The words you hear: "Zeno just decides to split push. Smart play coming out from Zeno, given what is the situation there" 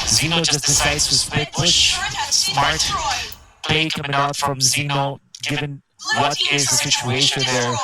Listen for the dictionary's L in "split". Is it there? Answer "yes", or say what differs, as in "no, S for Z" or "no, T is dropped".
no, L is dropped